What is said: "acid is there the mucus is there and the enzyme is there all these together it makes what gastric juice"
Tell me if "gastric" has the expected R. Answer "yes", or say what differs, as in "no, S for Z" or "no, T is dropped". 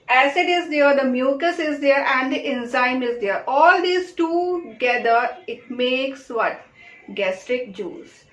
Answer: yes